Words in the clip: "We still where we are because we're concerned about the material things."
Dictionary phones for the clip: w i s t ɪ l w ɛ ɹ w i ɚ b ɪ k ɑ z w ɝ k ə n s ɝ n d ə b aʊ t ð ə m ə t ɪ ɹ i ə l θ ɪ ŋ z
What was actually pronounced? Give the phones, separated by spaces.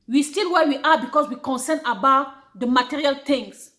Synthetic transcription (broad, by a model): w i s t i l w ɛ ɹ w i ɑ b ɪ k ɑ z w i k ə n s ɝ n ə b aʊ t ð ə m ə t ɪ ɹ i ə l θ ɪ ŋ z